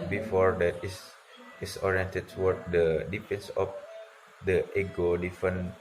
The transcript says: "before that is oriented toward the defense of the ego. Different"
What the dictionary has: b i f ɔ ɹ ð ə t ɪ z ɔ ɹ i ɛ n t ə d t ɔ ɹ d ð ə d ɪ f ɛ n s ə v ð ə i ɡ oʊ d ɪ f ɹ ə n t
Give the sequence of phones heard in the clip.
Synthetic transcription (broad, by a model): b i f ɔ ɹ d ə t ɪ s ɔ ɹ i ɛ n t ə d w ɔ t d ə d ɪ p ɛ n s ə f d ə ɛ ɡ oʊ d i f ɹ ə n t